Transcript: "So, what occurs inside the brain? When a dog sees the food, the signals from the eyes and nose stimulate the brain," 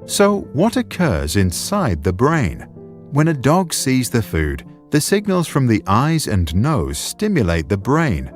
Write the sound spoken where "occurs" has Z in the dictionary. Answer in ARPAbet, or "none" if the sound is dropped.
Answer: Z